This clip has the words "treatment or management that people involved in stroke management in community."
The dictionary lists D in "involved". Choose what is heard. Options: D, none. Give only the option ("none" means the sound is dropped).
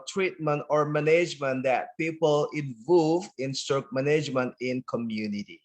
none